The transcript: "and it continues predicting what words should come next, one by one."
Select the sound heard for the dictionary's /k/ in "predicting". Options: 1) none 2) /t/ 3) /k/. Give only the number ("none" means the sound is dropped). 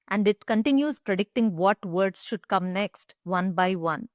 3